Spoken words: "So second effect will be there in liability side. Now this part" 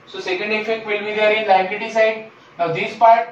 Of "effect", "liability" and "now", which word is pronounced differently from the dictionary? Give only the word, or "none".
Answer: liability